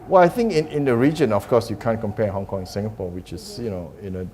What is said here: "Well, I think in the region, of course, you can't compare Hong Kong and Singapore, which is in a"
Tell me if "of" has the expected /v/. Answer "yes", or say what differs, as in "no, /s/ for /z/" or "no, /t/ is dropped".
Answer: no, /f/ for /v/